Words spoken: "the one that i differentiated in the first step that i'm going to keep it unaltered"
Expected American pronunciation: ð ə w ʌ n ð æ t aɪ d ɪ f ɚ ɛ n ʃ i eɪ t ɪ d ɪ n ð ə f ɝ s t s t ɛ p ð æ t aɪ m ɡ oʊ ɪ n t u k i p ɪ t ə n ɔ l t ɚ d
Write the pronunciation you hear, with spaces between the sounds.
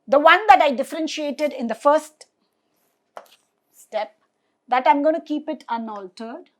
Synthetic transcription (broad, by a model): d ə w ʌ n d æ t aɪ d ɪ f ɚ ɛ n ʃ i eɪ t ɪ d ɪ n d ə f ɝ s t s t ɛ p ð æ t aɪ m ɡ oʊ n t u k i p ɪ t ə n ɔ l t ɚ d